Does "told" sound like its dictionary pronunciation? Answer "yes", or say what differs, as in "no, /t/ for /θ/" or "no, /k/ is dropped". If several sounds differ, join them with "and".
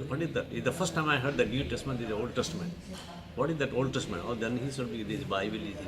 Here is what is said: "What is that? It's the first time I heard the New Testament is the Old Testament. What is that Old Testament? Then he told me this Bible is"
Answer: no, /s/ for /t/ and /l/ is dropped